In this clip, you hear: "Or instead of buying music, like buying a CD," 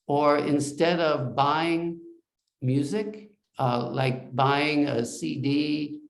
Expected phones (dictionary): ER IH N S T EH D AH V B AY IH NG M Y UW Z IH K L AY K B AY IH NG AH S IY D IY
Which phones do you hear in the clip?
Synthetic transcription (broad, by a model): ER IH N S T EH D AH V B AY IH NG M Y UW Z IH K L AY K B AY IH NG AH S IY D IY